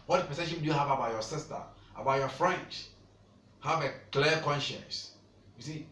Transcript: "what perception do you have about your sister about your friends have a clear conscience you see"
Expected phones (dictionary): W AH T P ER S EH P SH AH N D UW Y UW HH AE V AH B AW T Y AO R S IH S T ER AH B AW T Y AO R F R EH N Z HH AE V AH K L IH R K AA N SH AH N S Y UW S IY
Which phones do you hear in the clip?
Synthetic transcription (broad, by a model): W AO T P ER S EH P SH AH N D UW Y UW HH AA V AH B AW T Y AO S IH S T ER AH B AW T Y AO F R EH N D HH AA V AH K L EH K AA N SH AH N S Y UW S IY